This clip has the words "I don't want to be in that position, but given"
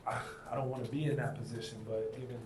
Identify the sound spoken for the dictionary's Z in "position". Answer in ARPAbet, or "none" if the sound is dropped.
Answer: Z